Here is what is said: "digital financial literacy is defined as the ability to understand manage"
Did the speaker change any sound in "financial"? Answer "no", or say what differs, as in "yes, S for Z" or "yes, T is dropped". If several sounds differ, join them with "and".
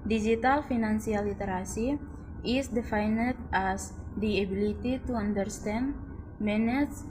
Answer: yes, S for SH